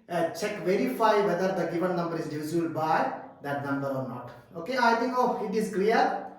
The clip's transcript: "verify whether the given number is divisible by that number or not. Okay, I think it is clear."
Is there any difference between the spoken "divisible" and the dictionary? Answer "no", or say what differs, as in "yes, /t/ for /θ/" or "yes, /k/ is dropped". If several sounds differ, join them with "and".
yes, /b/ is dropped